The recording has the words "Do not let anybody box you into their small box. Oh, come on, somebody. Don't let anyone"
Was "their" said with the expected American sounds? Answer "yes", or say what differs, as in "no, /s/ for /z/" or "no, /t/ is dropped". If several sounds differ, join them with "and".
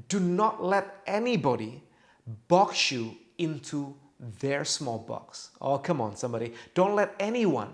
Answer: yes